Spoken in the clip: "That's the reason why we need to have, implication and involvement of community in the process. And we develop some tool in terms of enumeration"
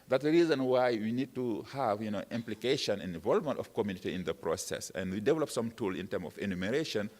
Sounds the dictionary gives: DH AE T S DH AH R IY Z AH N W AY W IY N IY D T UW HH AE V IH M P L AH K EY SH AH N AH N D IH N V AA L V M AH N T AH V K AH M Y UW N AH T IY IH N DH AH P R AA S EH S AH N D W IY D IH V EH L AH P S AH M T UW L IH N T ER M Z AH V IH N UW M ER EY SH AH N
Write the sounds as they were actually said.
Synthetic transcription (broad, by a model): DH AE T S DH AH R IY Z AH N W AY W IY N IY D T UW HH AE V IH M P L AH K EY SH AH N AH N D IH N V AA L V M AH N T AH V K AH M Y UW N AH T IY IH N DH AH P R AA S EH S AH N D W IY D IH V EH L AH P S AH M T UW L IH N T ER M AH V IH N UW M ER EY SH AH N